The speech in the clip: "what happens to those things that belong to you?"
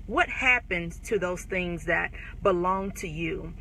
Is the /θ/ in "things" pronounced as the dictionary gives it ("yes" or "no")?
yes